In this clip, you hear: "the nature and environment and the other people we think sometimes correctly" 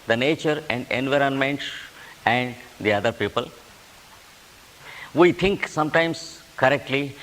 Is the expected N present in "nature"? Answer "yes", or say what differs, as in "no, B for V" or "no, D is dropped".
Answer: yes